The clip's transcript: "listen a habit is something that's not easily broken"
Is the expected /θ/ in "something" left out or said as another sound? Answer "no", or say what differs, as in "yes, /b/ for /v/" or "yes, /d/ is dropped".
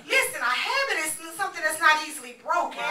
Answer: no